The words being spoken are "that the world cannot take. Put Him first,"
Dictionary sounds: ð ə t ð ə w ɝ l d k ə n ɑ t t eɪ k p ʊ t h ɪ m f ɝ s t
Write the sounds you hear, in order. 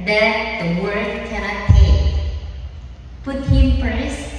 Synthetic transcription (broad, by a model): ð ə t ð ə w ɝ d k ə n ɑ t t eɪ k p ʊ t h ɪ m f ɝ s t